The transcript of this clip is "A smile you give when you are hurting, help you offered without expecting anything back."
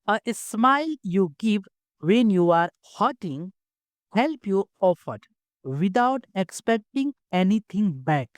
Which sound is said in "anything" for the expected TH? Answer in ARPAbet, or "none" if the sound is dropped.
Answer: T